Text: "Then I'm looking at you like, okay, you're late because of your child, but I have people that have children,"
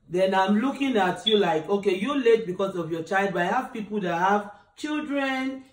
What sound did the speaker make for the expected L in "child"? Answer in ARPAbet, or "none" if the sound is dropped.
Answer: L